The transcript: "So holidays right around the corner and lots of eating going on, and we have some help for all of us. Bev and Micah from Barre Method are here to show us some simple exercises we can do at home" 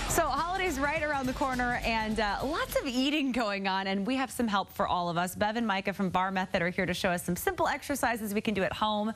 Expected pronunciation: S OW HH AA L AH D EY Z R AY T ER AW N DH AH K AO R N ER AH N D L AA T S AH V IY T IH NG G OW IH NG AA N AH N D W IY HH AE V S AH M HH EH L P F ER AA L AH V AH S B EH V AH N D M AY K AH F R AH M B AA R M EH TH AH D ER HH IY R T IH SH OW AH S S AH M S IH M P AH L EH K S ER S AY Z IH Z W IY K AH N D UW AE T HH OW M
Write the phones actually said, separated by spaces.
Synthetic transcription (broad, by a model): S OW HH AA L AH D EY Z R AY T ER AW N DH AH K AO R N ER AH N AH L AA T S AH V IY T IH NG G OW IH NG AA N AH N W IY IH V S AH M HH EH L P F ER AA L AH V AH S B EH V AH N M AY K AH F R AH M B AA R M EH TH AH D ER HH IY R T IH SH OW AH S S AH M S IH M P L EH K S ER S AY Z IH Z W IY K AH N D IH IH T HH OW M